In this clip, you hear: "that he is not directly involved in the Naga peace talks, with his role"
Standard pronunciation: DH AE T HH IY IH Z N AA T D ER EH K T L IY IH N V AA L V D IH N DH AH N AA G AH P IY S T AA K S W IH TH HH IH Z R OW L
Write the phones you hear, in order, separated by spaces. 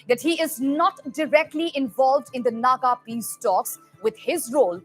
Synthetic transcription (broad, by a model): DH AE T HH IY IH Z N AA T D ER EH K T L IY IH N V AA L V D IH N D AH N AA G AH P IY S T AA K S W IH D HH IH Z R OW L